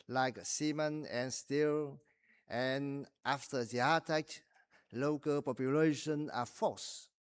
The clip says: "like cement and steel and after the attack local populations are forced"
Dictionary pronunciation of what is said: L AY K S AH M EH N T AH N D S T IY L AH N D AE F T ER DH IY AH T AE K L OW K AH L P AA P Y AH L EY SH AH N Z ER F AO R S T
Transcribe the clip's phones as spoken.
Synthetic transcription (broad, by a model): L AY K S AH M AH N AH N S T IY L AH N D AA F T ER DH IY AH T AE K L OW K AH L P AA P Y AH L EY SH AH N ER F AO S